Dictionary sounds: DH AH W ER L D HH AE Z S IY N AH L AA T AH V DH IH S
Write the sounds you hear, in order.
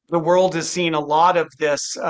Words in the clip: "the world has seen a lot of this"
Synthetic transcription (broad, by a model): DH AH W ER L D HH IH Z S IY N AH L AA T AH V DH IH S